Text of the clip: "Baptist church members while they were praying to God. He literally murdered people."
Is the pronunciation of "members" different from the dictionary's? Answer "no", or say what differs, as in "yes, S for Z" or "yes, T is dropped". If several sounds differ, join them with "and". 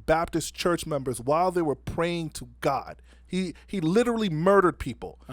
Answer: no